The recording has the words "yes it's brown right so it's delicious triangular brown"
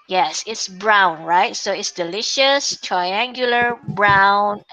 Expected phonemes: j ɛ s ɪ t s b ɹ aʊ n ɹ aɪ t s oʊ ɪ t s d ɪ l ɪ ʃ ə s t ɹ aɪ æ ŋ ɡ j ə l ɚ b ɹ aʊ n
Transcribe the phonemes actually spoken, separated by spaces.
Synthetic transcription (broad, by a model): j ɛ s ɪ t s b ɹ aʊ n ɹ aɪ t s oʊ ɪ t s d ɪ l ɪ ʃ ə s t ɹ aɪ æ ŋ ɡ j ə l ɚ b ɹ aʊ n